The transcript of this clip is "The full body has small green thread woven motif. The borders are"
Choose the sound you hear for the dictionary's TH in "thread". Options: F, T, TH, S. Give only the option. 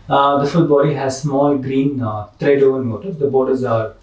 T